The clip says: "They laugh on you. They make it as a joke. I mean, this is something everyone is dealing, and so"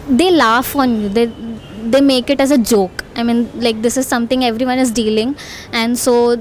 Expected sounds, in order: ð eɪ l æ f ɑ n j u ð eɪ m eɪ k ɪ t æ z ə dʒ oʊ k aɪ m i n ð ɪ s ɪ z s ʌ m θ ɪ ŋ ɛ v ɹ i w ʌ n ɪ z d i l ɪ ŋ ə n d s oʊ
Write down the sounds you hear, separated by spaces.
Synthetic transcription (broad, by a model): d eɪ l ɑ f ɑ n j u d eɪ m eɪ k ɪ t æ z ə dʒ oʊ k aɪ m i n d ɪ s ɪ z s ʌ m t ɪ ŋ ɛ v ɹ i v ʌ n ɪ z d i l ɪ ŋ ə n d s oʊ